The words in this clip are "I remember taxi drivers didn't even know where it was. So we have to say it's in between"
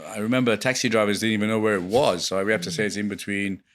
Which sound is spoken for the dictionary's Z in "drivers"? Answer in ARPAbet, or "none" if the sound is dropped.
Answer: Z